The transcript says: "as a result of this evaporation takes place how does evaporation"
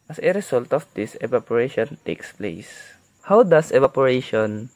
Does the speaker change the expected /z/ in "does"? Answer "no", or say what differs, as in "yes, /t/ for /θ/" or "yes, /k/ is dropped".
yes, /s/ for /z/